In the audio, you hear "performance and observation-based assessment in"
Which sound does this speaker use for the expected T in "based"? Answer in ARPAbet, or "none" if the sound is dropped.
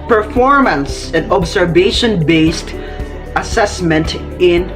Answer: T